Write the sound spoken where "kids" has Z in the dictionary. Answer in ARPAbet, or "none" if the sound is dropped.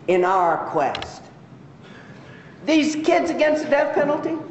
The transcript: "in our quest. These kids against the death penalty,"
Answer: Z